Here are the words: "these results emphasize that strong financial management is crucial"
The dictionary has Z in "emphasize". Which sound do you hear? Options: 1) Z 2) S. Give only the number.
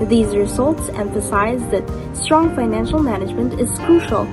1